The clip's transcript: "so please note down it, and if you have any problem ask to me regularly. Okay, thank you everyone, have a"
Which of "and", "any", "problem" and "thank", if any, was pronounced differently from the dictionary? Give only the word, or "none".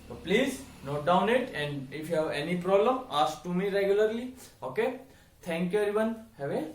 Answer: thank